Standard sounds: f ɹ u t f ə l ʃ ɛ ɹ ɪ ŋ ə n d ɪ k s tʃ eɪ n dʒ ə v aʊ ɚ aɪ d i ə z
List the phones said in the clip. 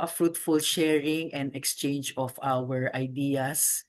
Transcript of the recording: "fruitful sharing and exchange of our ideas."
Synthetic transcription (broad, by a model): f ɹ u t f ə l ʃ ɛ ɹ ɪ ŋ ə n d ɪ k s tʃ eɪ n dʒ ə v aʊ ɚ aɪ d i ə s